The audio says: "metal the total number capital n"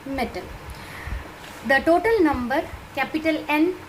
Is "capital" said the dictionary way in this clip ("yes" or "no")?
yes